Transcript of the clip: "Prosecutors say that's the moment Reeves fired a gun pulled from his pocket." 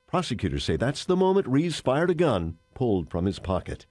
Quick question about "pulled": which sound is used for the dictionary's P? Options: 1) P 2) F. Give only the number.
1